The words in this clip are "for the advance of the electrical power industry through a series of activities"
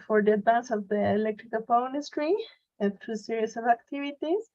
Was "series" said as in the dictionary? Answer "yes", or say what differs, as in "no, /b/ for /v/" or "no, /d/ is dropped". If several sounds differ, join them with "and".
no, /s/ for /z/